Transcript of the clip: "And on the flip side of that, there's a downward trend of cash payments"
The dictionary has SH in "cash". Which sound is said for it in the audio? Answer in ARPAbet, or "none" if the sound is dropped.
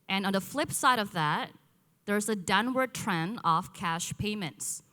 SH